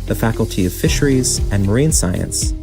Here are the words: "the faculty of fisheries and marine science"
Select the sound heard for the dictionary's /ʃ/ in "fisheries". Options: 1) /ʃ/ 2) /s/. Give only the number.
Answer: 1